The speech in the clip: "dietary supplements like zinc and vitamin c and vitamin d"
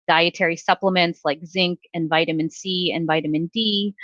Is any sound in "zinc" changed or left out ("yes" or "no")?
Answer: no